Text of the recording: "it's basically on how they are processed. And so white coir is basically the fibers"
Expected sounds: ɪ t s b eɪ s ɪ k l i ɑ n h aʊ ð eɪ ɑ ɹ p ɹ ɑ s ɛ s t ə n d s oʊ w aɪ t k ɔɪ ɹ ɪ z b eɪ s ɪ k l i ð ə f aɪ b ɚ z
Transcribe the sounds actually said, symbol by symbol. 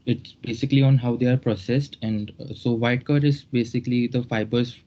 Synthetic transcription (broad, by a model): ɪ t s b eɪ s ɪ k l i ɑ n h aʊ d eɪ ɑ ɹ p ɹ ɑ s ɛ s t ə n d s oʊ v aɪ t k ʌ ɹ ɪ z b eɪ s ɪ k l i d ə f aɪ b ɚ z